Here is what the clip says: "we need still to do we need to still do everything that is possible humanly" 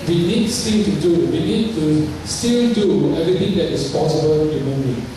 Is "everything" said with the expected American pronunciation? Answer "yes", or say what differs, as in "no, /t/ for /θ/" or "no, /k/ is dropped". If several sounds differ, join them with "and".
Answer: no, /t/ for /θ/